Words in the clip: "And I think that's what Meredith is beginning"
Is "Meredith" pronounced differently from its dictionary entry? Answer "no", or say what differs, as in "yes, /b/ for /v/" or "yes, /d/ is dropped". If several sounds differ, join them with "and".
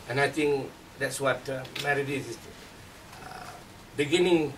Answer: yes, /s/ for /θ/